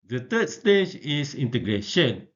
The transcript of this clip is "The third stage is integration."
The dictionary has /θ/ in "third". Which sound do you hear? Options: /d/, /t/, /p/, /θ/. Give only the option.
/t/